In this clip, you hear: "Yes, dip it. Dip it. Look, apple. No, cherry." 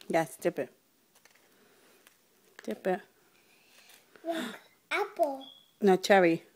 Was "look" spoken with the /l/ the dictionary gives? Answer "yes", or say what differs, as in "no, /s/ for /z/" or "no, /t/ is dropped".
no, /w/ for /l/